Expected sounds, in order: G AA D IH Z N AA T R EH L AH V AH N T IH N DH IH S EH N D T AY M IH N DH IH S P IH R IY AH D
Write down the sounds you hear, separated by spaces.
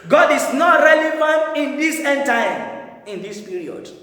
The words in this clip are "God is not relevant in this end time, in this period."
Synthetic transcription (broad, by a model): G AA D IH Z N AA T R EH L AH F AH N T IH N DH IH S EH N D T AY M IH N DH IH S P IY R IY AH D